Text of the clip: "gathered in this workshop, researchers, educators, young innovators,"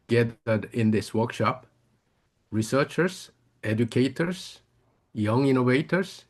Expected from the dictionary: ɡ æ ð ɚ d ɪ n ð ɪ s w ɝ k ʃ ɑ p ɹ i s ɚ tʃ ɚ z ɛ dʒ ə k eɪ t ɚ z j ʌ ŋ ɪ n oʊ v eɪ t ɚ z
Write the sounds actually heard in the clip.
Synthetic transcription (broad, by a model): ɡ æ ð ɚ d ɪ n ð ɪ s w ɝ k ʃ ɑ p ɹ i s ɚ tʃ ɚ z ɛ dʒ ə k eɪ t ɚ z j ʌ ŋ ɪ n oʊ v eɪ t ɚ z